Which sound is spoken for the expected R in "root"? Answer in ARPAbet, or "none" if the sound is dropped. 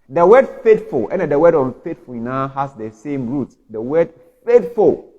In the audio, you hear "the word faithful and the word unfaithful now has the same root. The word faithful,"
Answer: R